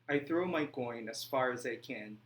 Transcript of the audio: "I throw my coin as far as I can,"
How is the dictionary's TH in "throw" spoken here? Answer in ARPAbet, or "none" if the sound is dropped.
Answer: TH